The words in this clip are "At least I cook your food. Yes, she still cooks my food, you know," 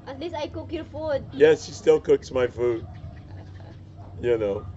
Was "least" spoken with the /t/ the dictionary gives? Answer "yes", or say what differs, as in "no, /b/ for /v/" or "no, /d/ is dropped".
no, /t/ is dropped